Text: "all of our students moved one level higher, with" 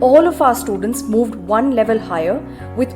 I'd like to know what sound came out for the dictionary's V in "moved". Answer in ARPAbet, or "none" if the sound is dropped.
V